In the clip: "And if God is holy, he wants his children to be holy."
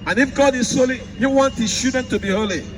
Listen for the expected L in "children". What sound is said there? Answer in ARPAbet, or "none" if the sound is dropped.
none